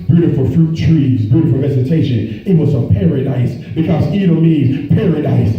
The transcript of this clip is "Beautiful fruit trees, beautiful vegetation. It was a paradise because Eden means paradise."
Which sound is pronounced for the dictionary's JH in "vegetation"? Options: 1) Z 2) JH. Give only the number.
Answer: 1